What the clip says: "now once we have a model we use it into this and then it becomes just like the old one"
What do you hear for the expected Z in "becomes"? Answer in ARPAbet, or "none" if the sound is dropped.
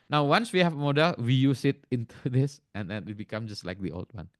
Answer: none